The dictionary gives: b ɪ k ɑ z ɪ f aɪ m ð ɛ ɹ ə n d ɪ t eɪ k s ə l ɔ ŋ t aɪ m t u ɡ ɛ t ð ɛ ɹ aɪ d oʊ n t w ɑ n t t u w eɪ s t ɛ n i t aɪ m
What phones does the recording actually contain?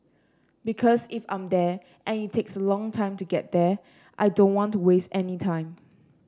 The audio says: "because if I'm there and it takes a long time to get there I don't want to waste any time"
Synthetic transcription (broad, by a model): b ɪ k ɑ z ɪ f aɪ m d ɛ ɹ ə n ɪ t eɪ k s ə l ɔ ŋ t aɪ m t u ɡ ɛ t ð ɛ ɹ aɪ d oʊ n t w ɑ n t t u w eɪ s t ɛ n i t aɪ m